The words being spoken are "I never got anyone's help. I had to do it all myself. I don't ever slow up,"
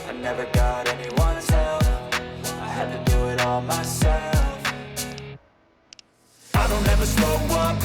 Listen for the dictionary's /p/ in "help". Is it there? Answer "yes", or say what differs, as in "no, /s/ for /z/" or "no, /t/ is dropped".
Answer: no, /f/ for /p/